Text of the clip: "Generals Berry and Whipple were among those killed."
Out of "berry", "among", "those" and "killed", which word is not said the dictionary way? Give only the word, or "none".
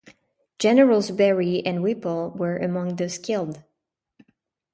those